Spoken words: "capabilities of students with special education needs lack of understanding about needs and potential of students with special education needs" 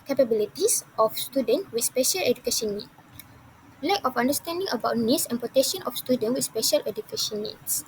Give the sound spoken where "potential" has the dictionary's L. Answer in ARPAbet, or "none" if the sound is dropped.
N